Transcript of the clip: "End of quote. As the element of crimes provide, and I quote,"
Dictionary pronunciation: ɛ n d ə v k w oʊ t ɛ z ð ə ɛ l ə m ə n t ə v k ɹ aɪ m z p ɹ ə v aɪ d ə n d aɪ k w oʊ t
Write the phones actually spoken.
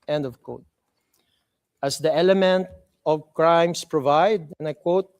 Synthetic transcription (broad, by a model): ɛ n d ə v k oʊ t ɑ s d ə ɛ l ə m ə n t ə v k ɹ aɪ m s p ɹ ə v aɪ d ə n aɪ k w oʊ t